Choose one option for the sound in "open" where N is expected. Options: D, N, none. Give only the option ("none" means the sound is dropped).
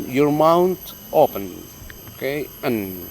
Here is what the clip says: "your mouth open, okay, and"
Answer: N